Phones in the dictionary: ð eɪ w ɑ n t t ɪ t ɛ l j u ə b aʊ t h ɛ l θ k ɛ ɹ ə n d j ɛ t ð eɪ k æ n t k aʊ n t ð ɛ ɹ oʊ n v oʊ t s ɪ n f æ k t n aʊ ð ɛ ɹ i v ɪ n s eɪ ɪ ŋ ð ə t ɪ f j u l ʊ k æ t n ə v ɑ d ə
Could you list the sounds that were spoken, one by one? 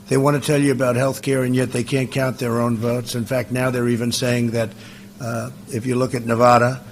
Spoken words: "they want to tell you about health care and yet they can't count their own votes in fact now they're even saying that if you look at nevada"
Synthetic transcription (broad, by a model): ð eɪ w ɑ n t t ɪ t ɛ l j ə b aʊ t h ɛ l θ k ɛ ɹ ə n j ɛ t ð eɪ k æ n k aʊ n ð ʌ ɹ oʊ n v oʊ t s ɪ n f æ k t n aʊ ð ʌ ɹ i v ɪ n s eɪ ɪ ŋ ð ə t ɪ f j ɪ l ʊ k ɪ t n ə v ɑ d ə